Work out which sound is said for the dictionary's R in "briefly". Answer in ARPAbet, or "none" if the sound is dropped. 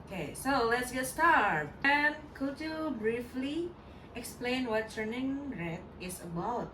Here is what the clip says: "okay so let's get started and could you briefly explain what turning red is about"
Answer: R